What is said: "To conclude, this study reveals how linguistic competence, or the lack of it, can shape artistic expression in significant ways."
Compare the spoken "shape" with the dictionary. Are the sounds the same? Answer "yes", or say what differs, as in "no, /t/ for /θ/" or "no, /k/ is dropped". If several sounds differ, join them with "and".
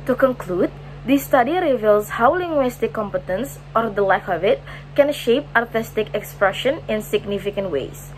yes